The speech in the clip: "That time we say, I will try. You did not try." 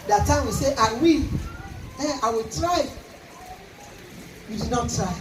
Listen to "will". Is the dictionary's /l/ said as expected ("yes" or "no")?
no